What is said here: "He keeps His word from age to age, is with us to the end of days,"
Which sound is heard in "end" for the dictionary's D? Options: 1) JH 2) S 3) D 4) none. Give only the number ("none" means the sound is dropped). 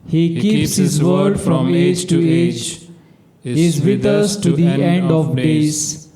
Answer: 3